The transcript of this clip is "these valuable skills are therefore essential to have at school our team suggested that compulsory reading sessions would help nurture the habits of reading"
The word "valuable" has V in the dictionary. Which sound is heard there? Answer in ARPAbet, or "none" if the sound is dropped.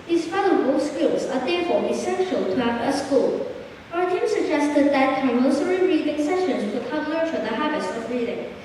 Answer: F